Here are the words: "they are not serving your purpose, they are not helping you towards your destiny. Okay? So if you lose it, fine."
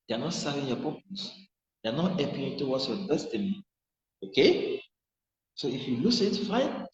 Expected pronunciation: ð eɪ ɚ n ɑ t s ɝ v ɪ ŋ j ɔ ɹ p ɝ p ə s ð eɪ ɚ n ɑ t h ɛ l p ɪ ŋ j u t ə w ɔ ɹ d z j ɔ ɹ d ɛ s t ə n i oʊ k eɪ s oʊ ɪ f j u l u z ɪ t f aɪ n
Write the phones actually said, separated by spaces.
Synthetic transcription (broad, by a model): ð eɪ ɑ n ɑ t s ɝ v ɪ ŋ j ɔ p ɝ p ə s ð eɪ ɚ n ɑ t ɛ p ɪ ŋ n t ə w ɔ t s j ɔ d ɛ s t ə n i oʊ k eɪ s oʊ ɪ f j u l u s ɪ t f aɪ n